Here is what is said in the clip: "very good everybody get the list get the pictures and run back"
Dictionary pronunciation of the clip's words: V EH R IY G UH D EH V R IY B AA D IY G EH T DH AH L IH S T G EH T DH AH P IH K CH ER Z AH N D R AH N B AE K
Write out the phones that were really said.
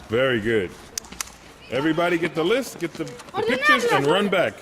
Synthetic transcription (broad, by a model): V EH R IY G UH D EH V R IY B AA D IY G EH T DH AH L IH S T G EH T DH AH P IH K CH ER Z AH N R AH N B AE K